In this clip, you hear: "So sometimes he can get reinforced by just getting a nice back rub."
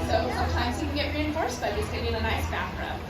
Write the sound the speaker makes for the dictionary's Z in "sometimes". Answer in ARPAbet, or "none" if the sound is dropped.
Z